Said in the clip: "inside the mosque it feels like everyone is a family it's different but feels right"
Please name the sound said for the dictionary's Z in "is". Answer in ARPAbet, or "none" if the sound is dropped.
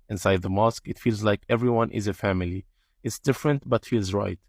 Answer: Z